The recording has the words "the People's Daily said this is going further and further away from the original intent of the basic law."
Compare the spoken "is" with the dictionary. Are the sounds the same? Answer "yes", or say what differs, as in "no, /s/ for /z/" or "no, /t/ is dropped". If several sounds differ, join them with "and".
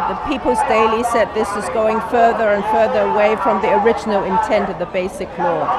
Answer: yes